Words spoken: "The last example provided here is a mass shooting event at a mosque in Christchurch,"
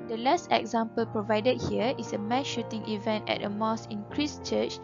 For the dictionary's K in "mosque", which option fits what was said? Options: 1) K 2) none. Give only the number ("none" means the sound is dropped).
2